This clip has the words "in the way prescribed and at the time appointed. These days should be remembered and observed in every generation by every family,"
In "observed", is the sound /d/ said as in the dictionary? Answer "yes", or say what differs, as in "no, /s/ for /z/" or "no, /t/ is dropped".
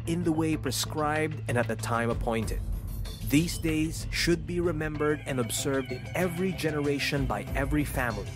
yes